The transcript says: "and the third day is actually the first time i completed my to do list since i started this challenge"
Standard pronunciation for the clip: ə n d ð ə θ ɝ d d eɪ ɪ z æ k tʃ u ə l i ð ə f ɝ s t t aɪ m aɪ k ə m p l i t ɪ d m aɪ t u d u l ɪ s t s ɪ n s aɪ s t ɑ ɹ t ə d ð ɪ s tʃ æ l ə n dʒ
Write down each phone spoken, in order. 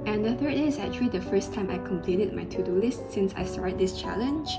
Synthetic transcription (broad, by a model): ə n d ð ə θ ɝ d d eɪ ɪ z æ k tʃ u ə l i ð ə f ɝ s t t aɪ m aɪ k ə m p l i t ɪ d m aɪ t u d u l ɪ s t s ɪ n s aɪ s t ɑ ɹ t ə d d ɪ s tʃ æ l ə n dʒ